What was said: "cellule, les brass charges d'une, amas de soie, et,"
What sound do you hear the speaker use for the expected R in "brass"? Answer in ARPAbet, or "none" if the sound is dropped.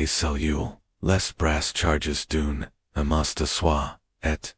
R